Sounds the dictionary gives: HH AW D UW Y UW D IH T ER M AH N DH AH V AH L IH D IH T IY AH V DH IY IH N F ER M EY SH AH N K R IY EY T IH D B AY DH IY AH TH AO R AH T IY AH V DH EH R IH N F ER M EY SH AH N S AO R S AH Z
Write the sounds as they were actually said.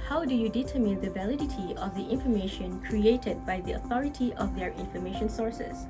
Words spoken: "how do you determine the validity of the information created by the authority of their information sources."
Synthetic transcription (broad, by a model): HH AW D UW Y UW D IH T ER M AH N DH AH V AH L IH D IH T IY AH V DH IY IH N F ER M EY SH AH N K R IY EY T IH D B AY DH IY AH TH AO R AH T IY AH V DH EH R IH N F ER M EY SH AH N S AO R S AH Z